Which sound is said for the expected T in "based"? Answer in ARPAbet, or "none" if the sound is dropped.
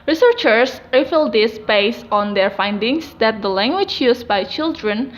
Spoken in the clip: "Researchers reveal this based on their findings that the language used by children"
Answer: none